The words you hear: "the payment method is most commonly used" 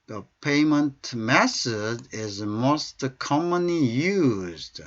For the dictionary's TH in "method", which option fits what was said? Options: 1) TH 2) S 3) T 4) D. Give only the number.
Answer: 2